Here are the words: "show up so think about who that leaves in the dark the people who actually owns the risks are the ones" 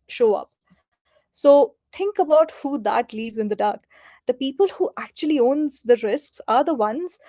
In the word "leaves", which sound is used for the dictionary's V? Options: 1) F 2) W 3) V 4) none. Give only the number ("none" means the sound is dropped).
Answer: 3